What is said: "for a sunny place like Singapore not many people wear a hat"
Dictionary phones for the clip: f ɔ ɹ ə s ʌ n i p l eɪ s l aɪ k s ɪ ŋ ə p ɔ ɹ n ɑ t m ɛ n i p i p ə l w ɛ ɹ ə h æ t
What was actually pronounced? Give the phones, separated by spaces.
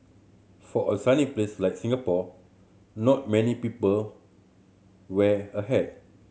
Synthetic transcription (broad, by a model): f ɔ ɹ ə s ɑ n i p l eɪ s l aɪ k s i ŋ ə p ɔ n ɑ t m ɛ n i p i p ə l w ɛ ə h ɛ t